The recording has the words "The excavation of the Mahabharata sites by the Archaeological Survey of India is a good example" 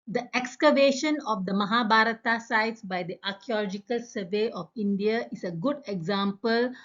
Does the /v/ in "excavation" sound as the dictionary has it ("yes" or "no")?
yes